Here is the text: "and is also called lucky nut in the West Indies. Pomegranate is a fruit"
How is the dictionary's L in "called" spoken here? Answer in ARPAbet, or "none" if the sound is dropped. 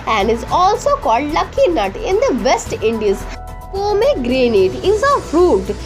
L